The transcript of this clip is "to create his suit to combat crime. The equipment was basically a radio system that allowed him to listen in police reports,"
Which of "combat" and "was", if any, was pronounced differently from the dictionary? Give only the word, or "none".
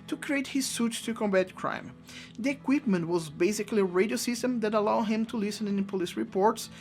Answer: none